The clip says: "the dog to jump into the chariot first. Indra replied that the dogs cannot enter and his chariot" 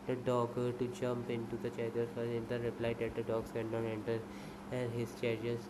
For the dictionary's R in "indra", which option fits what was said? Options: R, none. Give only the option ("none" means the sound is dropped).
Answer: none